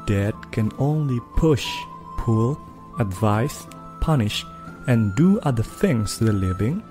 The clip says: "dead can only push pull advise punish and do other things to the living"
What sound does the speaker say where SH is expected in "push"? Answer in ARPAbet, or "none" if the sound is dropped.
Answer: SH